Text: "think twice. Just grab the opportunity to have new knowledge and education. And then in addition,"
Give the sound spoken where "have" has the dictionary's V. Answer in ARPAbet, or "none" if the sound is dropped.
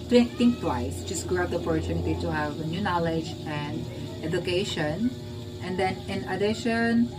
V